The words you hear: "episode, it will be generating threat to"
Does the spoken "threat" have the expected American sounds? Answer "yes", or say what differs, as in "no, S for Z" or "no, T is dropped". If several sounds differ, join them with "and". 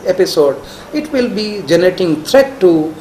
no, T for TH